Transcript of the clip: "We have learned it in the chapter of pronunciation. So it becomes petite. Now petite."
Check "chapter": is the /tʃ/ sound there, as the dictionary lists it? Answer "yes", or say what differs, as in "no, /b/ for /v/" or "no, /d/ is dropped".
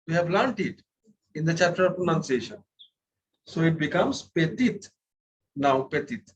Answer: yes